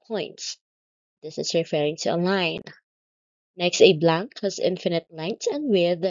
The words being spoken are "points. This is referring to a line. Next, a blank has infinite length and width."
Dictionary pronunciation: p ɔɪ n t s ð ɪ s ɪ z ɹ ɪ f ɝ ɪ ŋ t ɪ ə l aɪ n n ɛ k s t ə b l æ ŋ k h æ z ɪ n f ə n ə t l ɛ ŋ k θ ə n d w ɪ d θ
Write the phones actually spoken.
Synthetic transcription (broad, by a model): p ɔɪ n t s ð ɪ s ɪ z ɹ ɪ f ɝ ɪ ŋ t ɪ ə l aɪ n n ɛ k s t ə b l æ ŋ k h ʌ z ɪ n f ə n ə t l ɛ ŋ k t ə n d w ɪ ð